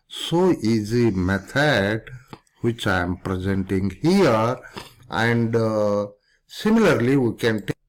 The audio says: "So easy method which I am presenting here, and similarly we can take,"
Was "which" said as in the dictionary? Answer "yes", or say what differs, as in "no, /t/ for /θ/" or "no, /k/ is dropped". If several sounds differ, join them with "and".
yes